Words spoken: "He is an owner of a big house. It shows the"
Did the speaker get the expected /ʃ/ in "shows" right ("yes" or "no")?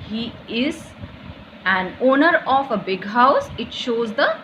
yes